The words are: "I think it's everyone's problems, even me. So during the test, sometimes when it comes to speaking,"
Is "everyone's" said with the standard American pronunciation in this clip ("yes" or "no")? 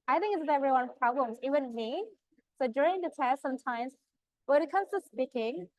no